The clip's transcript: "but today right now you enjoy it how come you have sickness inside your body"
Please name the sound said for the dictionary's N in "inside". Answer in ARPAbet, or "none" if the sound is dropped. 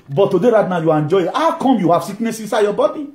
none